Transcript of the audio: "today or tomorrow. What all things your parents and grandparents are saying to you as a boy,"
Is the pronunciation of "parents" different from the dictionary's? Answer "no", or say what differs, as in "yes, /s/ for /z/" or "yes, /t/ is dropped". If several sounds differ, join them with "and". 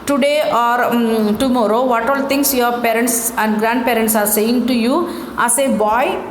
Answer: no